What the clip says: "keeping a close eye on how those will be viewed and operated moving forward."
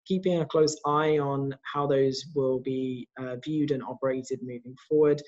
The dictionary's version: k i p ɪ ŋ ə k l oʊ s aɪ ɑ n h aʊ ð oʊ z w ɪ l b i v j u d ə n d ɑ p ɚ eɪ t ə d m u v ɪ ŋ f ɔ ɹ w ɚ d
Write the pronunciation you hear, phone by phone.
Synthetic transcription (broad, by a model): k i p ɪ ŋ ə k l oʊ s aɪ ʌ n h aʊ ð oʊ z w ɪ l b i v j u d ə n ɑ p ɚ eɪ t ə d m u v ɪ ŋ f ɔ w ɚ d